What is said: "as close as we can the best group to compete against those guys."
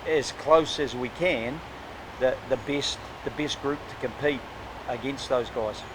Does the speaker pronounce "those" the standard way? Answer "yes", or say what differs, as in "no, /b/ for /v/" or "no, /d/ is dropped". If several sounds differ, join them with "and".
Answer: yes